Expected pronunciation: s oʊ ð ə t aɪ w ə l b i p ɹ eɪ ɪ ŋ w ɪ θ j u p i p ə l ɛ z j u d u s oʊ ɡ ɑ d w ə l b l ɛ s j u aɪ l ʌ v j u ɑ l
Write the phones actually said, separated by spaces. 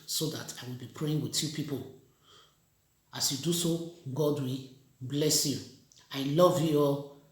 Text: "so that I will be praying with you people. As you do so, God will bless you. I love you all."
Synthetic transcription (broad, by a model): s oʊ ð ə t aɪ w ə l b i p ɹ eɪ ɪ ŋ w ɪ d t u p i p ə l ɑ s j u d u s oʊ ɡ ɑ d w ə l b l ɛ s j u aɪ l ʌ v j u ɑ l